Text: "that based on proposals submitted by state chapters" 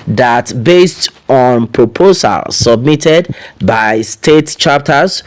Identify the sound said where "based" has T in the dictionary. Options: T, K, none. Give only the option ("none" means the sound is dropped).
T